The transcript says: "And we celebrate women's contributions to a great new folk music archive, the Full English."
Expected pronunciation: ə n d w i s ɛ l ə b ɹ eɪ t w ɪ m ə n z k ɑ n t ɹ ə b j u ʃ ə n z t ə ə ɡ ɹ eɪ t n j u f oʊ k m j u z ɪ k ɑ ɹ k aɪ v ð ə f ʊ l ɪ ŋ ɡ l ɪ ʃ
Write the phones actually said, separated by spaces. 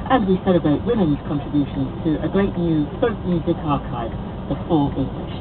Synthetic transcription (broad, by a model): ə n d w i s ɛ l ə b ɹ eɪ t w ɪ m ə n z k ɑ n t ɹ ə b j u ʃ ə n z t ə ə ɡ ɹ eɪ t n j u p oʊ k m j u z ɪ k ɑ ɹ k aɪ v ð ə f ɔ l ɪ ŋ ɡ l ɪ ʃ